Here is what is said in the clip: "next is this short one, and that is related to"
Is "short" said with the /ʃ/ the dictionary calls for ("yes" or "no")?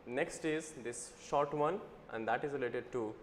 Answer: yes